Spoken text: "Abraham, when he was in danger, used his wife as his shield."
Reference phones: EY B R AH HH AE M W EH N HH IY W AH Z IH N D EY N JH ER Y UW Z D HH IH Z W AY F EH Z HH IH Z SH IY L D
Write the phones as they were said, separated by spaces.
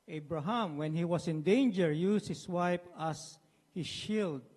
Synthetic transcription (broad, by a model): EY B R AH HH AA M W EH N HH IY W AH S IH N D EY N JH ER Y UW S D HH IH S W AY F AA S HH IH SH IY L D